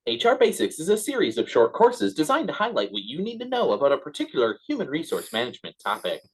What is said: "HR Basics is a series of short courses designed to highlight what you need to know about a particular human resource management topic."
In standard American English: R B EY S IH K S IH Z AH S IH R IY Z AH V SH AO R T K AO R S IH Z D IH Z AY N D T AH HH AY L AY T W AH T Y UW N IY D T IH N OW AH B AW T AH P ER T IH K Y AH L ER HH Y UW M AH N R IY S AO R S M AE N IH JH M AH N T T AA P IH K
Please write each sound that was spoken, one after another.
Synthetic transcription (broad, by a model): R B EY S IH K S IH Z AH S IH R IY Z AH V SH AO R T K AO R S IH Z D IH Z AY N T AH HH AY L AY T W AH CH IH N IY D T IH N OW AH B AW T AH P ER T IH K Y L ER HH Y UW M AH N R IY S AO R S M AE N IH JH M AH N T T AA P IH K